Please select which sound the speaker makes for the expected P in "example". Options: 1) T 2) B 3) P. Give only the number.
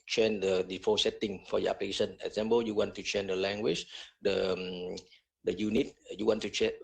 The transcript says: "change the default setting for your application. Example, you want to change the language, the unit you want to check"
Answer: 2